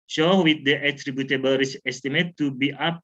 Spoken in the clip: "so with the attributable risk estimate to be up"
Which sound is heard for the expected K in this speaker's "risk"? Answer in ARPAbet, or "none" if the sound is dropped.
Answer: none